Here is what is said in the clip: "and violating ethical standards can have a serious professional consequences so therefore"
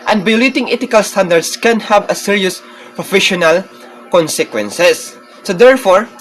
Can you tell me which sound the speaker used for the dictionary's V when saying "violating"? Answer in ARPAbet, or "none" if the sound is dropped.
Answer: B